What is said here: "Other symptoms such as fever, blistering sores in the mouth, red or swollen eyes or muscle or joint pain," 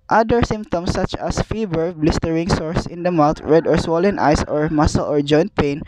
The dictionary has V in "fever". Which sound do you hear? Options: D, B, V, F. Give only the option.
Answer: B